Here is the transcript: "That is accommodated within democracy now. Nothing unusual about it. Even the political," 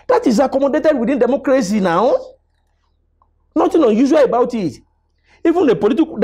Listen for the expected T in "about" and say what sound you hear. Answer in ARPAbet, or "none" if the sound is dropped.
T